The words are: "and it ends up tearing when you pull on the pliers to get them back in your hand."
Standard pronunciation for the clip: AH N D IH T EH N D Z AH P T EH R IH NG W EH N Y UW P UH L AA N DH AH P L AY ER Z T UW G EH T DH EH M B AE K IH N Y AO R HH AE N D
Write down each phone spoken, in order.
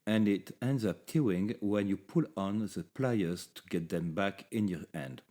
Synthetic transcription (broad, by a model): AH N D IH T EH N D Z AH P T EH IH NG W EH N Y UW P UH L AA N DH AH P L AY ER Z T UW G EH T DH EH M B AE K IH N Y AO R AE N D